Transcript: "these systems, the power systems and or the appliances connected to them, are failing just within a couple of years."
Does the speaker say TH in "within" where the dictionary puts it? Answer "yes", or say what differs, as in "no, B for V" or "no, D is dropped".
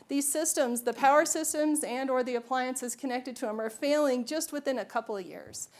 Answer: yes